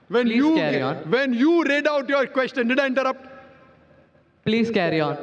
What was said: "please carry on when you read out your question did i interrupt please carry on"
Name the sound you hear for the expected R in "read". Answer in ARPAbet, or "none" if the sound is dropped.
R